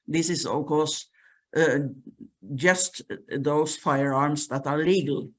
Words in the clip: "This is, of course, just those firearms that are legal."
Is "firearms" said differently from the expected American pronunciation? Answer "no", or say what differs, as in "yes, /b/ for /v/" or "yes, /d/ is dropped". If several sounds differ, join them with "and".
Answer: yes, /s/ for /z/